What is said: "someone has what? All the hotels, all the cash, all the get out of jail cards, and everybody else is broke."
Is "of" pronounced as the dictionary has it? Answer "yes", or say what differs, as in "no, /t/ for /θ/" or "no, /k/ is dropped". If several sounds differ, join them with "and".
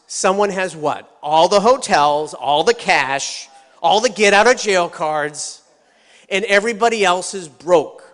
yes